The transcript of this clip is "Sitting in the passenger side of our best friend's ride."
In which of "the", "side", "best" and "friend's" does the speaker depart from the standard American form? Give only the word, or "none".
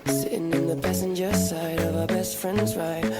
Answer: none